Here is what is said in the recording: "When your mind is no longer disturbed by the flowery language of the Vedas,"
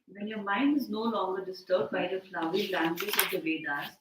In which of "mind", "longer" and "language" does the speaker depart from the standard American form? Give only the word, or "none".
language